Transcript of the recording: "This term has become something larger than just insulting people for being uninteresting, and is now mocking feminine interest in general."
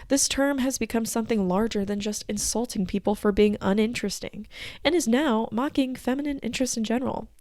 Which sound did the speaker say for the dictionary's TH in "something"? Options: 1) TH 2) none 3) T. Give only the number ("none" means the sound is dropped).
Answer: 1